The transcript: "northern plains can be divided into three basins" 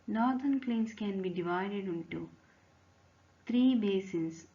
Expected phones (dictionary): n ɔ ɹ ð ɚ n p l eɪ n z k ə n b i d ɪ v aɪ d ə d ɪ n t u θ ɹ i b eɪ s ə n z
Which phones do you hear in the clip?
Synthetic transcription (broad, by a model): n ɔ ɹ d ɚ n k l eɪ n s k ə n b i d ɪ v aɪ d ə d ɪ n t u t ɹ i b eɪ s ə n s